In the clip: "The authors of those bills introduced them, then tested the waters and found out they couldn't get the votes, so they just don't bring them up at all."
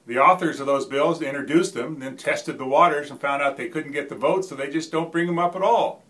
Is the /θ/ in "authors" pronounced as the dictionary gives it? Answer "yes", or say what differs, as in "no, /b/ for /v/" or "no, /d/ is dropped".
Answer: yes